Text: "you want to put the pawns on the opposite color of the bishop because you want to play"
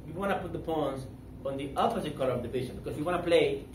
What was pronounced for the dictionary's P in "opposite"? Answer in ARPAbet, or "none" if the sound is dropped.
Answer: F